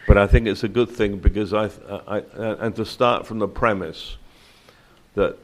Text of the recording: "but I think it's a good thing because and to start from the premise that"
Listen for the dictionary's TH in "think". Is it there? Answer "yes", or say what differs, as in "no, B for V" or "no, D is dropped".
yes